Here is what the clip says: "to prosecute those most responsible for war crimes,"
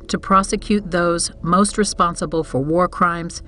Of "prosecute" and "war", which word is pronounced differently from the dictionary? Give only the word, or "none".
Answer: none